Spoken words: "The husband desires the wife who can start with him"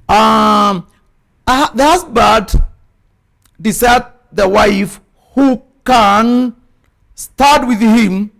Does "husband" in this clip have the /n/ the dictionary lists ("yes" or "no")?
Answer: no